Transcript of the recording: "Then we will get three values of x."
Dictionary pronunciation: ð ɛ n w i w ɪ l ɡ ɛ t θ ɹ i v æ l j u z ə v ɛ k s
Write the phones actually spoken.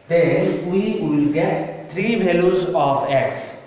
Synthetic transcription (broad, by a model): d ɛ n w i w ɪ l ɡ ɛ t t ɹ i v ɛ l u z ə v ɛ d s